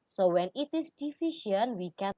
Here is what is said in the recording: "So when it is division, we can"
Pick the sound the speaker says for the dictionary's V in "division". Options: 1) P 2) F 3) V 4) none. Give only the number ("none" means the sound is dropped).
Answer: 2